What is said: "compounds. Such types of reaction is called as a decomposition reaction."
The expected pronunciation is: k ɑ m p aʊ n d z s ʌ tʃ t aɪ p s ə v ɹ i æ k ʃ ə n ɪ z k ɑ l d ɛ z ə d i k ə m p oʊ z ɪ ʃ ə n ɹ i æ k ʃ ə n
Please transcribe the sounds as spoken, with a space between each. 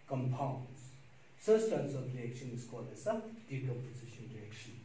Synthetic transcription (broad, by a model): k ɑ m p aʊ n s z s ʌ s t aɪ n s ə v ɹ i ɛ k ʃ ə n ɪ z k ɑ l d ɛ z ə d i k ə p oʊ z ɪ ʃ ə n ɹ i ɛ k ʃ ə n